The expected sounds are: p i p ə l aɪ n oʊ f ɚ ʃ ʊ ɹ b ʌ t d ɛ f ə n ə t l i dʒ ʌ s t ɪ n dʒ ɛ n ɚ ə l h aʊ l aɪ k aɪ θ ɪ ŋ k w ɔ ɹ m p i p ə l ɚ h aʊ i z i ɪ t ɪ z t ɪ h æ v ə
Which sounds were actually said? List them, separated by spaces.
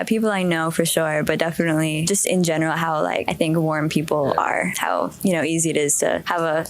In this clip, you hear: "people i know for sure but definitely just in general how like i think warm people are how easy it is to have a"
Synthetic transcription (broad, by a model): p i p l aɪ n oʊ f ɚ ʃ ʊ ɹ b ʌ t d ɛ f ə n ə t l i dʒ ʌ s t ɪ n dʒ ɛ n ɚ l h aʊ l aɪ k aɪ θ ɪ ŋ k w ɔ ɹ m p i p l ɚ h aʊ i z i ɪ t ɪ z t ɪ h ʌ v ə